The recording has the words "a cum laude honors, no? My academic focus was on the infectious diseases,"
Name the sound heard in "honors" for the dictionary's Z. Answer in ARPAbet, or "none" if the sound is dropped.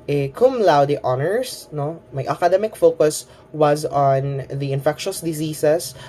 S